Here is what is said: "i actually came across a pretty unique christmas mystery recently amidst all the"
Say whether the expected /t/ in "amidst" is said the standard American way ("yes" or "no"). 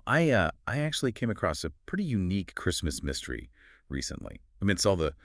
no